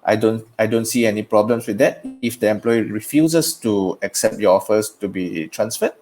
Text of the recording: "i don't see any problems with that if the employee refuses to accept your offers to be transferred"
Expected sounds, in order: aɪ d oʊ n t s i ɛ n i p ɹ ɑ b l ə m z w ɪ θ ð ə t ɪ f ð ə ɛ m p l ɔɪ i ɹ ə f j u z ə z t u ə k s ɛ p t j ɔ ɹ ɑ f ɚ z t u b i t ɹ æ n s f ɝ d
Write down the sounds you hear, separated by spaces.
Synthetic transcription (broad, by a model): aɪ d oʊ n t s i ɛ n i p ɹ ɑ b l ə m s w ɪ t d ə t ɪ f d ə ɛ m p l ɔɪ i ɹ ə f j u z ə s t u ə k s ɛ p t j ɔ ɑ f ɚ s t u b i t ɹ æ n s f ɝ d